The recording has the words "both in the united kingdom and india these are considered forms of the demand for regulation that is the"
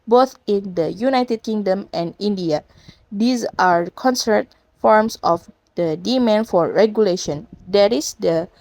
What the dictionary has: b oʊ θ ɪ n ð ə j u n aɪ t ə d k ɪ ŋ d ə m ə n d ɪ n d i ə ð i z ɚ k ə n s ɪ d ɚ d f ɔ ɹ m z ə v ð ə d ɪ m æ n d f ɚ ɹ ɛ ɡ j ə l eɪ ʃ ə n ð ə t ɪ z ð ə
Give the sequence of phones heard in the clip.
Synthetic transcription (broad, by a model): b oʊ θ ɪ n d ə j u n aɪ t ə d k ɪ ŋ d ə m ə n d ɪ n d i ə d i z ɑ k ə n s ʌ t f ɔ ɹ m s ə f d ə d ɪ m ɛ n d f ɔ ɹ ɛ ɡ j ə l eɪ ʃ ə n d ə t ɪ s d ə